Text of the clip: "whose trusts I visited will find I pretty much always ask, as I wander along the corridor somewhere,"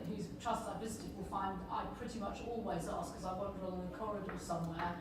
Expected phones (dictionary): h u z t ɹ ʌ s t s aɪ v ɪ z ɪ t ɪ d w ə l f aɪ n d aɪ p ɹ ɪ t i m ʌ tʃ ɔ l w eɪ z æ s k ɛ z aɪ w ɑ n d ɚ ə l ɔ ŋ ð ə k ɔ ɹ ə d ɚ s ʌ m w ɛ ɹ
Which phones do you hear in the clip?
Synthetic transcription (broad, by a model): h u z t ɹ ʌ s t aɪ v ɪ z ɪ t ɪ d w ə l f aɪ n d aɪ p ɹ ɪ t i m ʌ tʃ ɔ l w eɪ z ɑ s k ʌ z aɪ w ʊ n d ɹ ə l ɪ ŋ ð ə k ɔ ɹ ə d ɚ s ʌ m w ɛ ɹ